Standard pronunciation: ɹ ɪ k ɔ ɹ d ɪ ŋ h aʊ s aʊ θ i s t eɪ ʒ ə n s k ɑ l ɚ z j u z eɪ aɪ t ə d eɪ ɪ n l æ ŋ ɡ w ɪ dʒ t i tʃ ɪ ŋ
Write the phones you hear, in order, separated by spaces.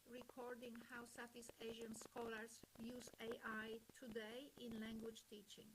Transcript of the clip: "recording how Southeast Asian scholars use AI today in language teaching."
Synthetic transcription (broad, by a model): ɹ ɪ k ɔ ɹ d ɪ ŋ h aʊ s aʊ t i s eɪ ʒ ə n s k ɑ l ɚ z j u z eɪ aɪ t ə d eɪ ɪ n l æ ŋ ɡ w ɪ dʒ t i tʃ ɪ ŋ